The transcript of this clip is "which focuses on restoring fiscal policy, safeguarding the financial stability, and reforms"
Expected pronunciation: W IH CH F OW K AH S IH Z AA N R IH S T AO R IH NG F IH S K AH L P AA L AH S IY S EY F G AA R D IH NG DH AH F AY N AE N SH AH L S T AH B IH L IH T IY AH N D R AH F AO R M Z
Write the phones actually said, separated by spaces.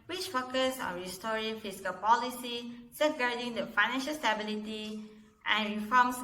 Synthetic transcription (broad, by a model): W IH CH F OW K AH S AA N R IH S T AO R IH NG F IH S K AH L P AA L AH S IY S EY G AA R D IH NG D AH F AY N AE N SH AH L S T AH B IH L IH T IY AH N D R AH F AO M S